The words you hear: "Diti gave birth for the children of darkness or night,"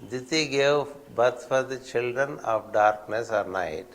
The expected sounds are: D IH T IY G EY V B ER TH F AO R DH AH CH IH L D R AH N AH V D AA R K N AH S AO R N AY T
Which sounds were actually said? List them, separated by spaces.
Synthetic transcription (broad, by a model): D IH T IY G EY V B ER T F AO R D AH CH IH L D R AH N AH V D AA R K N AH S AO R N AY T